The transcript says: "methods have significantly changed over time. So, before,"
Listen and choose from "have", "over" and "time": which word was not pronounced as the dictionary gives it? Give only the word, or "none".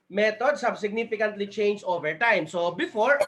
have